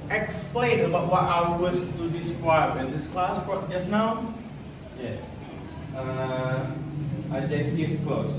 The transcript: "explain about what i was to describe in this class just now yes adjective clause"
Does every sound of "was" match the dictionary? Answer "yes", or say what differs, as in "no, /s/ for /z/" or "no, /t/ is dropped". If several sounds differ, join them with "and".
no, /s/ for /z/